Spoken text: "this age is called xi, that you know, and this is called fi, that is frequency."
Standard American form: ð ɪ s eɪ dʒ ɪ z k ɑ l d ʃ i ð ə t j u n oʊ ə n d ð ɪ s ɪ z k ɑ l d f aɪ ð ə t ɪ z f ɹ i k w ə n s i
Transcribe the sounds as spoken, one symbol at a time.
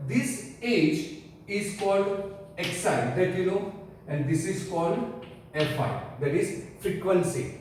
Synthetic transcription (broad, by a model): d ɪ s eɪ dʒ ɪ z k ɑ l d s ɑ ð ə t j u n oʊ ə n d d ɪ s ɪ z k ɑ l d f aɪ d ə t ɪ z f ɹ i k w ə n s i